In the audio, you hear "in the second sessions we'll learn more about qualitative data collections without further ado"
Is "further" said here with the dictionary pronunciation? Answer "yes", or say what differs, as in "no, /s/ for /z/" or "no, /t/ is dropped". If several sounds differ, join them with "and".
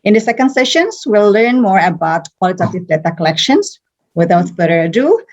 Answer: no, /ð/ is dropped